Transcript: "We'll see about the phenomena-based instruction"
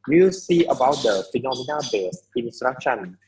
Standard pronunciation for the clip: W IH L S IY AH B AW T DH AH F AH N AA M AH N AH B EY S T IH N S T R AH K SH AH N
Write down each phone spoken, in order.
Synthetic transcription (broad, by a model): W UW S IY AH B AW T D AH F AH N AA M AH N AH B EY S IH N S T R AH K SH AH N